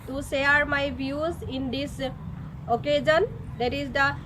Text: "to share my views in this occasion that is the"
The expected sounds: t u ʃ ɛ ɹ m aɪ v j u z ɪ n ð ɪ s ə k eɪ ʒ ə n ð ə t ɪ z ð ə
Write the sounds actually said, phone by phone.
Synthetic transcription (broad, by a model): t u s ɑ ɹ m aɪ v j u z ɪ n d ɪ s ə k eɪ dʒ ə n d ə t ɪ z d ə